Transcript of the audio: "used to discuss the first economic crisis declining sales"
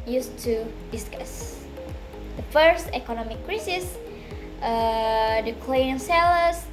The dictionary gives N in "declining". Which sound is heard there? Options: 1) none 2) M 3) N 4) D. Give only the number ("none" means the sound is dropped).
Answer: 1